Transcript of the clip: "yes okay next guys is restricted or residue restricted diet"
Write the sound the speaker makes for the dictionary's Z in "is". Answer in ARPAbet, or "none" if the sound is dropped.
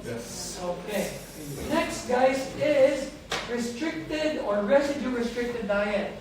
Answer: Z